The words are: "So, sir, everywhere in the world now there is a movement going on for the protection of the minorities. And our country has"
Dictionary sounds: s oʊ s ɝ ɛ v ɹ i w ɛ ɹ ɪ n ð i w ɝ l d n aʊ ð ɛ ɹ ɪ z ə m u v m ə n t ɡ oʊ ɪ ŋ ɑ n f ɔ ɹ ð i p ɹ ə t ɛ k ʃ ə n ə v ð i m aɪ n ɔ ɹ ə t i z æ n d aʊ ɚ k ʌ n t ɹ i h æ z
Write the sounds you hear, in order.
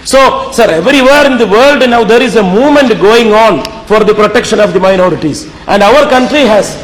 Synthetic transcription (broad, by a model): s oʊ s ɝ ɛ v ɹ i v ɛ ɹ ɪ n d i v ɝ l d n aʊ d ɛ ɹ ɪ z ə m u v m ə n t ɡ oʊ ɪ ŋ ɑ n f ɔ ɹ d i p ɹ ə t ɛ k ʃ ə n ə v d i m aɪ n ɔ ɹ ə t i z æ n d aʊ ɚ k ʌ n t ɹ i h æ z